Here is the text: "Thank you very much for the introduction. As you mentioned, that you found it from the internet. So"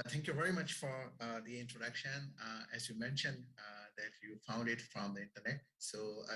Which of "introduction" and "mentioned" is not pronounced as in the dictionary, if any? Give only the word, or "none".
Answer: none